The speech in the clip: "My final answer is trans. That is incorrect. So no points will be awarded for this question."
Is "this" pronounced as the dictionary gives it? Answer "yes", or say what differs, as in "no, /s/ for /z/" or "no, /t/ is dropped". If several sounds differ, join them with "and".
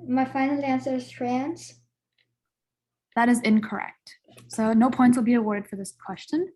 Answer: yes